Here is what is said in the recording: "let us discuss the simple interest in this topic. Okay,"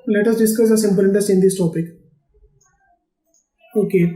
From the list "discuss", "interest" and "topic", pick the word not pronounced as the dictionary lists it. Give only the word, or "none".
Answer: interest